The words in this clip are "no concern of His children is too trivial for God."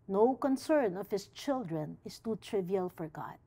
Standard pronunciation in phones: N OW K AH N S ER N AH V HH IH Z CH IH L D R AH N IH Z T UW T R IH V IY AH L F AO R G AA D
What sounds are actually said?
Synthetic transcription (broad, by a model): N OW K AH N S ER N AH V HH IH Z CH IH L D R AH N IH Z T UW T R IH V IY AH L F AO R G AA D